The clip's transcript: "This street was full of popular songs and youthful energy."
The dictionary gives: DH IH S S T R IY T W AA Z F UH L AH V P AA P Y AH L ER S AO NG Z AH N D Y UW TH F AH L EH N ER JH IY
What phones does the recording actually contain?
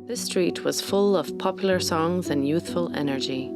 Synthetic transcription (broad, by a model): DH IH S S T R IY T W AA Z F UH L AH V P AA P Y L ER S AO NG Z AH N Y UW TH F AH L EH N ER JH IY